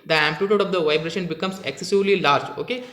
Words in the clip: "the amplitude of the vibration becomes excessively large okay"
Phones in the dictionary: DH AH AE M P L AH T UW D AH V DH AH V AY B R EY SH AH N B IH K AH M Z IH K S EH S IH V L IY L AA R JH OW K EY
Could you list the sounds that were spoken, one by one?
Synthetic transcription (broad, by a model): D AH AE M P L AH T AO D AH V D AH V AY B R EY SH AH N B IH K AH M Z IH K S EH S IH V L IY L AA R JH OW K EY